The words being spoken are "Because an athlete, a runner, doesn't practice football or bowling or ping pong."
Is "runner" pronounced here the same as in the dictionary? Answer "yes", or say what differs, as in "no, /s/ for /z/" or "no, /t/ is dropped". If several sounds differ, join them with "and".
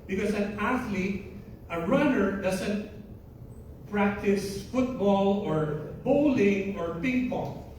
yes